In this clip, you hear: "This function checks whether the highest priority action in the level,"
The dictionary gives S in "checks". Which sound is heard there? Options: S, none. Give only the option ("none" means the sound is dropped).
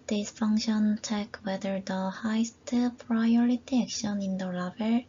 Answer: none